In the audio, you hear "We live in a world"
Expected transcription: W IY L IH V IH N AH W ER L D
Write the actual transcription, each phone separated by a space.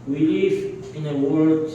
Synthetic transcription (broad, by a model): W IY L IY F IH N AH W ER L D